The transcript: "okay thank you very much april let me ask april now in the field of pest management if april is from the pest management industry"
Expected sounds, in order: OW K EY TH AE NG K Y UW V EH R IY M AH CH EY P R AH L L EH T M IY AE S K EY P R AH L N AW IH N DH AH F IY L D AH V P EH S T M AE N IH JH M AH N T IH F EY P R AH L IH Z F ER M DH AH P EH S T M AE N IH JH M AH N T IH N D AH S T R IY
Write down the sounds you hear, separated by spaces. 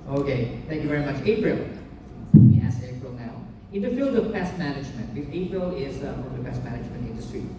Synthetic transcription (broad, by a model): OW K EY T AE NG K Y UW V EH R IY M AH CH EY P R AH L L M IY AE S EY P R AH L N AW IH N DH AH F IY L D AH V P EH S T M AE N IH JH M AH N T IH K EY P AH L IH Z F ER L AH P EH S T M AE N IH JH M AH N T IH N D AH S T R IY